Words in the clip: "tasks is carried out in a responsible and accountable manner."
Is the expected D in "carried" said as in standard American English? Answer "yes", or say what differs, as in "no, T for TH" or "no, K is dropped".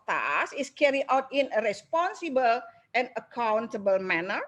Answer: no, D is dropped